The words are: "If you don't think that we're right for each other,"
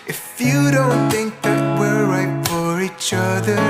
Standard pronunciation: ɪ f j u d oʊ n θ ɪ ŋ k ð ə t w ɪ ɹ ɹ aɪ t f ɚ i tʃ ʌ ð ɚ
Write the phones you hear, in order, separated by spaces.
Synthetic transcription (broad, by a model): ɪ f j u d oʊ n θ ɪ ŋ k ð ə t w ɪ ɹ ɹ aɪ t f ɚ i tʃ ʌ ð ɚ